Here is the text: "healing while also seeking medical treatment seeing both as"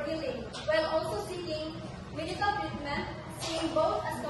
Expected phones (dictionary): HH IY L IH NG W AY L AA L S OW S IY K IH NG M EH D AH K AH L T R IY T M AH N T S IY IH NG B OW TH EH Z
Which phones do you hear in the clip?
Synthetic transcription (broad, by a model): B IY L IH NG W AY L AA L S OW S IY K IH NG M EH D AH K AH L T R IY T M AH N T S IY IH NG B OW T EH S